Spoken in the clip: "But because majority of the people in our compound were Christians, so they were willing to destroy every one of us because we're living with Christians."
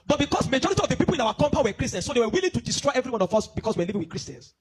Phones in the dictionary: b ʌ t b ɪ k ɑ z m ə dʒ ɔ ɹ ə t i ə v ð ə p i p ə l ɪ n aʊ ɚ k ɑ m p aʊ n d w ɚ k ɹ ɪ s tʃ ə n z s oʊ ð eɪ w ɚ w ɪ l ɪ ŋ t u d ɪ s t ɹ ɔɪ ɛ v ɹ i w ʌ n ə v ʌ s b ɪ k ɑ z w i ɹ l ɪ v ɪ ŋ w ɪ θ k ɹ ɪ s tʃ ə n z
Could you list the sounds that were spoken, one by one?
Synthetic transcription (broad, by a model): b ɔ t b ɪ k ɑ s m ə dʒ ɔ ɹ ə t i ə v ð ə p i p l ɪ n aʊ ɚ k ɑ m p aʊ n w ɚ k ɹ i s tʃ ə n s oʊ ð eɪ w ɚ w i l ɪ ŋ t u d ɪ s t ɹ ɔɪ ɛ v ɹ i w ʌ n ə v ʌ s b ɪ k ɑ s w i w l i v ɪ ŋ w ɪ k ɹ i s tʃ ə n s